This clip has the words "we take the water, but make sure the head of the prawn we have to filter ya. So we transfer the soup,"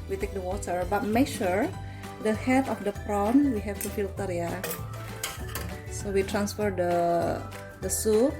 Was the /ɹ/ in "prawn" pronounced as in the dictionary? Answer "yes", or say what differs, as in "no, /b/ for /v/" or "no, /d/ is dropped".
yes